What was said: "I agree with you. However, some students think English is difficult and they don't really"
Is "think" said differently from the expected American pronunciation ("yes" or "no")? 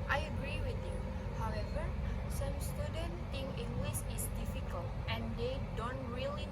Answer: yes